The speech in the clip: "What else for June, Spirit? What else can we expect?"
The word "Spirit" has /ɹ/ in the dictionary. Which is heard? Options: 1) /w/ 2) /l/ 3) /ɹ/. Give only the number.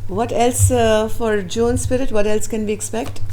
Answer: 3